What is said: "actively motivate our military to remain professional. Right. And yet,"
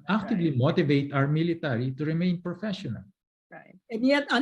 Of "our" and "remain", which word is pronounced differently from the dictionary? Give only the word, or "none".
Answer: our